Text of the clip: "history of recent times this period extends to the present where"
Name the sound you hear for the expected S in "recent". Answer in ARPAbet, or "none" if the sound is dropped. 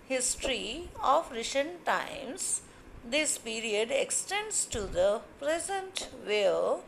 SH